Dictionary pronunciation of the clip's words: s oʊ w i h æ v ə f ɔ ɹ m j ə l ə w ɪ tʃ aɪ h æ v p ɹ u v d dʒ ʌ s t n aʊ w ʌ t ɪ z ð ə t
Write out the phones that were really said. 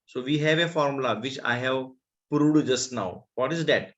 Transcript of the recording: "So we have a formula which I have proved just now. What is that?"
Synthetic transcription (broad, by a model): s oʊ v i h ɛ v ə f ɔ ɹ m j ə l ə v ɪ tʃ aɪ h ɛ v p ɹ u d dʒ ʌ s t n aʊ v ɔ t ɪ z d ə t